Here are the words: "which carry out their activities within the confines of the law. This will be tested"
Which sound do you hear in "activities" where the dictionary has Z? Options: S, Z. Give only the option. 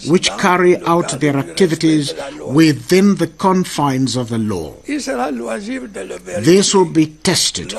Z